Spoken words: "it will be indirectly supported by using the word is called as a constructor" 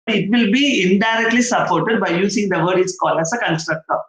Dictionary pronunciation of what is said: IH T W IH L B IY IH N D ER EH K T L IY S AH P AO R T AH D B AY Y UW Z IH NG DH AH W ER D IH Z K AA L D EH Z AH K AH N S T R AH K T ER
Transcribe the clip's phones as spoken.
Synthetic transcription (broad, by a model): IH T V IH L B IY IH N D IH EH K T L IY S AH P AO R T AH D B AY Y UW S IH NG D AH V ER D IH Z K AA L AH S AH K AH N S T R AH K T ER